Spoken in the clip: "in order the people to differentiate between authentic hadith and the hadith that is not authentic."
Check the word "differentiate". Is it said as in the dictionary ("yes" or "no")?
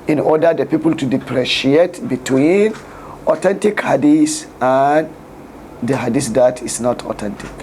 no